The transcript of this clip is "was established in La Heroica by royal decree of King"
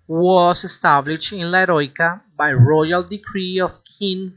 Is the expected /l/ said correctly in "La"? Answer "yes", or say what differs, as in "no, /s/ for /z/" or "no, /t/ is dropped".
yes